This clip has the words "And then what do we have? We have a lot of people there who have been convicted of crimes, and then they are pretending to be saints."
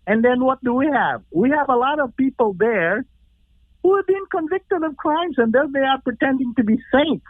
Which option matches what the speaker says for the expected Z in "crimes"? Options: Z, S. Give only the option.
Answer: Z